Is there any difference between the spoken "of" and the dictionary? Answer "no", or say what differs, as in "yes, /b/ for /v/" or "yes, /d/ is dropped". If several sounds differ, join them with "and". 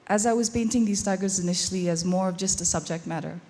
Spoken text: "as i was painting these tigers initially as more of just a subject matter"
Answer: no